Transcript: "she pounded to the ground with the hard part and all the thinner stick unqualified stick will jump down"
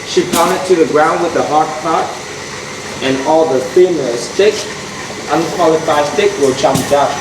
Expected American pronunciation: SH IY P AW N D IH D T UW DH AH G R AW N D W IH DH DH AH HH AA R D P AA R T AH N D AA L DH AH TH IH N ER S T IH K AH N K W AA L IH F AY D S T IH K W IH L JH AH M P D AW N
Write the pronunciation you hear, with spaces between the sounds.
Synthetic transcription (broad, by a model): SH IY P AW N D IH T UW DH AH G R AW N D W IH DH DH AH HH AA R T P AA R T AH N AA L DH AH F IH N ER S T IH K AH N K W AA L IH F AY S T IH K W IH L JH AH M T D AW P